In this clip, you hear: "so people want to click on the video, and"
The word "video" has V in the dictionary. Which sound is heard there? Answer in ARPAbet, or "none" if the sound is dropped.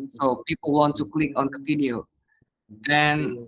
F